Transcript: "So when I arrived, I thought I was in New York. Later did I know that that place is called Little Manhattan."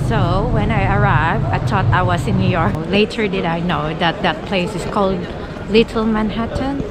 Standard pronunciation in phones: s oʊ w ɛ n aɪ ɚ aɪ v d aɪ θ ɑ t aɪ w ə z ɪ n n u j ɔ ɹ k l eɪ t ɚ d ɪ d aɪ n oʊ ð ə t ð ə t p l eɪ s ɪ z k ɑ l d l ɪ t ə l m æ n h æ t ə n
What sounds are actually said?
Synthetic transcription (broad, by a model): s oʊ w ɛ n aɪ ɚ aɪ v d aɪ t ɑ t aɪ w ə s ɪ n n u j ɔ ɹ k l eɪ t ɚ d ɪ d aɪ n oʊ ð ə t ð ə t p l eɪ s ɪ s k ɑ l d l ɪ t ə l m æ n h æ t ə n